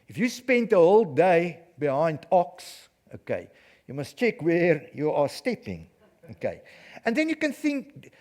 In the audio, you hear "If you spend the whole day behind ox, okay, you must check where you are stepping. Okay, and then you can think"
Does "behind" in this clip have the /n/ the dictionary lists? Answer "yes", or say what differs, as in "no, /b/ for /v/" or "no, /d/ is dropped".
yes